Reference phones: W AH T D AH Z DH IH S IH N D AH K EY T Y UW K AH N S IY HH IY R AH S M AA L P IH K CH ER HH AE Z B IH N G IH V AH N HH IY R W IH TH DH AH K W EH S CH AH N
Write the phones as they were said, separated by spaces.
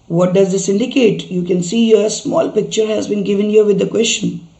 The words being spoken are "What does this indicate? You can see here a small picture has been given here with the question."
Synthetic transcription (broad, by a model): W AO T D AH Z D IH S IH N D AH K EY T Y UW K AH N S IY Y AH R AH S M AA L P IH K CH ER HH AE Z B IH N G IH V AH N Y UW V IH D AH K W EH S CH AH N